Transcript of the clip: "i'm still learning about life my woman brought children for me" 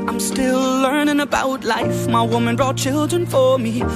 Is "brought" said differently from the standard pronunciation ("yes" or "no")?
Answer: no